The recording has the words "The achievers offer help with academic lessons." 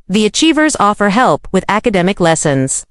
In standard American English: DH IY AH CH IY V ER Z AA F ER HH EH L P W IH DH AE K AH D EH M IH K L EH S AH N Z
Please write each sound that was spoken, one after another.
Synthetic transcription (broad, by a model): DH IY AH CH IY V ER Z AA F ER HH EH L P W IH DH AE K AH D EH M IH K L EH S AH N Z